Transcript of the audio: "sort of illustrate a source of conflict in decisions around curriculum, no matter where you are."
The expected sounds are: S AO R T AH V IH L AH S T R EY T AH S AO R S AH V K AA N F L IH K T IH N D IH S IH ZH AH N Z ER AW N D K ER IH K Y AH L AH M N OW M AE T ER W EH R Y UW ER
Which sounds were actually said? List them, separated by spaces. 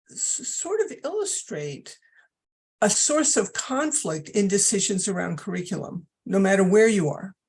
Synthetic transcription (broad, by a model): S AO R T AH V IH L AH S T R EY T AH S AO R S AH V K AA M F L IH K T IH N D IH S IH ZH AH N Z ER AW N D K ER IH K Y L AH M N OW M AE T ER W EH R Y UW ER